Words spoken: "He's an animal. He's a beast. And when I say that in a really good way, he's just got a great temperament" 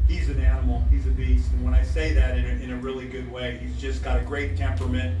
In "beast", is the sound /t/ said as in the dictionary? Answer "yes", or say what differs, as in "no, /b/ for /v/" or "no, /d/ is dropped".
yes